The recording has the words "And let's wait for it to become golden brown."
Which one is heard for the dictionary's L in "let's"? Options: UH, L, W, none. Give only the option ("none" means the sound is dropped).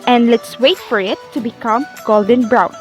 L